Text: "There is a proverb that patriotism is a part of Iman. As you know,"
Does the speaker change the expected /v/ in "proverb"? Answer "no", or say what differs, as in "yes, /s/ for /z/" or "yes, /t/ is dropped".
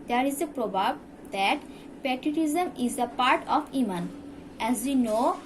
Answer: yes, /b/ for /v/